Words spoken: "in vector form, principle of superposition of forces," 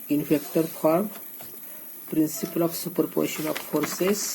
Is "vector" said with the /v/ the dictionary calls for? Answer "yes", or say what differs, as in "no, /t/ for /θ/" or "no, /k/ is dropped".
no, /f/ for /v/